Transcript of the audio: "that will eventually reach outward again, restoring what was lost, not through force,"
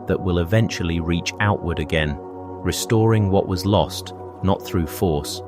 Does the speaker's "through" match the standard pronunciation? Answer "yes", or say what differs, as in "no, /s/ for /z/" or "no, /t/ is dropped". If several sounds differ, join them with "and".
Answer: yes